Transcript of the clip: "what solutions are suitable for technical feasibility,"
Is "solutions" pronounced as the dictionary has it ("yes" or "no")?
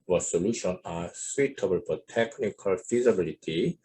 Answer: no